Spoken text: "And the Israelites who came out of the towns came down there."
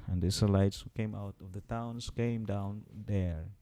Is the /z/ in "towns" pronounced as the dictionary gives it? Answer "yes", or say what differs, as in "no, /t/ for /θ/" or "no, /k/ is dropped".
no, /s/ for /z/